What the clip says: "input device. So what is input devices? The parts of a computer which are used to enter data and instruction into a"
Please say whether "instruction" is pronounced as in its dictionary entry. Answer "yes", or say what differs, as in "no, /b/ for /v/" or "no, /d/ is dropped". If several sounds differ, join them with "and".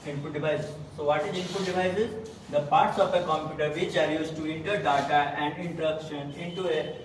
no, /s/ is dropped